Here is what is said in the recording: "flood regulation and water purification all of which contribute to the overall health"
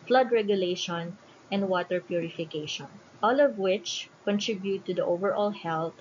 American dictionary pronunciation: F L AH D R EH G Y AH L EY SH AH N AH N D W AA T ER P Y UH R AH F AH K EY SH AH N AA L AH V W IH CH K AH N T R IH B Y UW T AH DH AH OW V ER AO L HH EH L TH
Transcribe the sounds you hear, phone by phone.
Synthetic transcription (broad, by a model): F L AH D R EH G Y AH L EY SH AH N AH N D W AA T ER P Y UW R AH F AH K EY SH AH N AA L AH V W IH CH K AH N T R IH B Y UW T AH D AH OW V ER AO L HH EH L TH